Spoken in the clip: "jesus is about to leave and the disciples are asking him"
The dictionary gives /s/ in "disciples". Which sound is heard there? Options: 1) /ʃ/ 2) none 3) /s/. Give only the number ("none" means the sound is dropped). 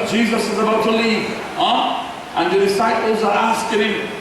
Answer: 3